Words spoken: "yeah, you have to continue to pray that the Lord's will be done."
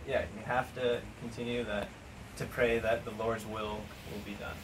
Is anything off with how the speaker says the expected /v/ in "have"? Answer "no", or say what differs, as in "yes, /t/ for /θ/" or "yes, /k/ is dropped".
yes, /f/ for /v/